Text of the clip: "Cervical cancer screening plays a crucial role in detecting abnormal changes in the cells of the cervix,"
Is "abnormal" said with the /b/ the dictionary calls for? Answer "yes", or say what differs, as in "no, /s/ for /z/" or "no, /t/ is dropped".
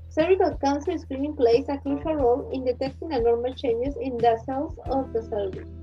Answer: no, /b/ is dropped